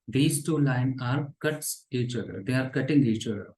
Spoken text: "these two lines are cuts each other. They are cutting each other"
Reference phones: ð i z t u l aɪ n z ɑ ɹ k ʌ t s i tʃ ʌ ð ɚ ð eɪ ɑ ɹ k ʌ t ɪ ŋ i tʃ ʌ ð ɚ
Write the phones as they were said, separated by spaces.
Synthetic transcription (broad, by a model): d i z t u l aɪ n ɑ ɹ k ʌ t s i tʃ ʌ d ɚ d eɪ ɑ ɹ k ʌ t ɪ ŋ i tʃ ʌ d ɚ